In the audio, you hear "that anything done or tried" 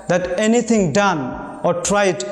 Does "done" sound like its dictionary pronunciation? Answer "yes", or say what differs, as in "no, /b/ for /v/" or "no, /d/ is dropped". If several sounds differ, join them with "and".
yes